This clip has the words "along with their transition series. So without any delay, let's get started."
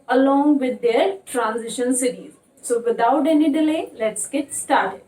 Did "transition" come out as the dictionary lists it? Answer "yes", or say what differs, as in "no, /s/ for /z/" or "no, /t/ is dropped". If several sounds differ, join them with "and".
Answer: yes